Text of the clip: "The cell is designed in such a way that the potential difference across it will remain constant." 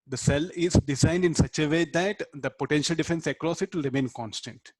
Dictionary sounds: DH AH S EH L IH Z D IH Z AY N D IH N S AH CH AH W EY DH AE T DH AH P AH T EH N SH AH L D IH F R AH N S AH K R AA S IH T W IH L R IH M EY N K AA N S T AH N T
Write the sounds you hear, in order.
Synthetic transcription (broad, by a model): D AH S EH L IH Z D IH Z AY N D IH N S AH CH AH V EY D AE T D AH P AH T EH N SH AH L D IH F AH N S AH K R AA S IH T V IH L R IH M EY N K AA N S T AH N T